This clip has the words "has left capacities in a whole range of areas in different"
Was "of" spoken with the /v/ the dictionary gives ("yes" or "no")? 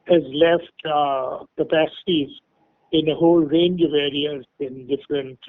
yes